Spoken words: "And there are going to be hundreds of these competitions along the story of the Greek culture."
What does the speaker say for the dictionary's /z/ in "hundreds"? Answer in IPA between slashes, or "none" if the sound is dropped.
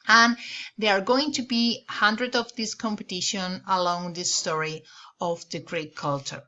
none